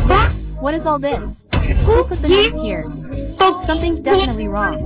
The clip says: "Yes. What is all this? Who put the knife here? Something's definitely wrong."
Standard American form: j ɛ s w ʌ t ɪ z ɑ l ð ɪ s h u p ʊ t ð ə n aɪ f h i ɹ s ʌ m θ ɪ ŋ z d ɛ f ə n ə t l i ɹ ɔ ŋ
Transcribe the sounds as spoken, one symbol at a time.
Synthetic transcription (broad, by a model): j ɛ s w ʌ t ɪ z ɑ l ð ɪ s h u p ʊ t ð ə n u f h i ɹ s ʌ m θ ɪ ŋ z d ɛ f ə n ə t l i ɹ ɔ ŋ